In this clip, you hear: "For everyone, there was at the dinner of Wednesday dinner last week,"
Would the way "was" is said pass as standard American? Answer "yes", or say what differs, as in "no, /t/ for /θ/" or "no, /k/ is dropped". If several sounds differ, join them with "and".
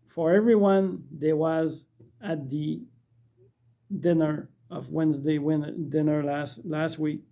yes